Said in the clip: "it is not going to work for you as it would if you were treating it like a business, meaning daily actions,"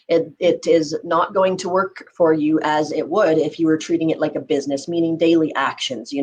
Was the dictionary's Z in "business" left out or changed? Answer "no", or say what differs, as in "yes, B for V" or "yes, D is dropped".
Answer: no